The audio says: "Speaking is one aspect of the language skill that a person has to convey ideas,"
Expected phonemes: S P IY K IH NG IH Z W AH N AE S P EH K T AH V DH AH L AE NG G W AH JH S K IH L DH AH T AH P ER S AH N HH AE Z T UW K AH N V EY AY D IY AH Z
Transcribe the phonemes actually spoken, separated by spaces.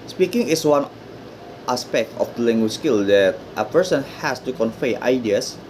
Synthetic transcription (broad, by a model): S P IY K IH NG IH S W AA N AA S P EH K T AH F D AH L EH NG G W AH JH S K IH L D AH T AH P ER S AH N HH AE S T UW K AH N F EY AY D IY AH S